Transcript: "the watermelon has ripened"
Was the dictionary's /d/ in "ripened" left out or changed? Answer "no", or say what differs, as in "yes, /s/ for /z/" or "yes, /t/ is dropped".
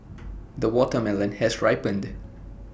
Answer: no